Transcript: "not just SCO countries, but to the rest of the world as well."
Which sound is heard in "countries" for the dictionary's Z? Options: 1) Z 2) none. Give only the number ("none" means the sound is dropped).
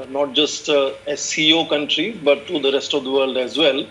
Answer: 2